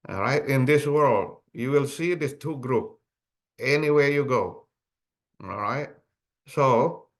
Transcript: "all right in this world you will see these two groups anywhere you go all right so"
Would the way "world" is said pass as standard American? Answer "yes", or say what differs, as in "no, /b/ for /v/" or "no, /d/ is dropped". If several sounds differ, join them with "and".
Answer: yes